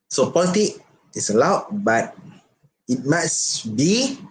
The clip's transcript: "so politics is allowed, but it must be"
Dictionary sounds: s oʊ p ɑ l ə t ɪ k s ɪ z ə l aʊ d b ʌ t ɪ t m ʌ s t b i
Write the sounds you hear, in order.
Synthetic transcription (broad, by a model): s oʊ p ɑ l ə t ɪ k ɪ s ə l aʊ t b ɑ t ɪ t m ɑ s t b i